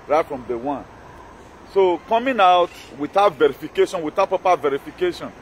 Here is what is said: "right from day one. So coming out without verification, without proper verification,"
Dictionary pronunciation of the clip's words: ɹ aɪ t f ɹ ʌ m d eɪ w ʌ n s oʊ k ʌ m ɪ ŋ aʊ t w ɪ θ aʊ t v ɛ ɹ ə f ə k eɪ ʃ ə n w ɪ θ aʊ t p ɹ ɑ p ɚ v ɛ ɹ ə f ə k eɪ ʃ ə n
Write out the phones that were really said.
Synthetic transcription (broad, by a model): ɹ aɪ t f ɹ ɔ m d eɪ w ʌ n s oʊ k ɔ m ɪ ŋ aʊ t w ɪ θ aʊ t v ɛ ɹ ə f ə k eɪ ʃ ə n w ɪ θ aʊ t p ɑ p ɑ v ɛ ɹ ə f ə k eɪ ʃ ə n